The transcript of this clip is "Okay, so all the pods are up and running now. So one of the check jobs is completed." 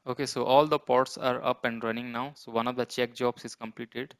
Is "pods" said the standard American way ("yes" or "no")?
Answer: no